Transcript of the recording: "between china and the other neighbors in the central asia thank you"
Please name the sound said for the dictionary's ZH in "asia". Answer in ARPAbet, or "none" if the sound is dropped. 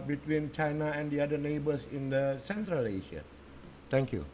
SH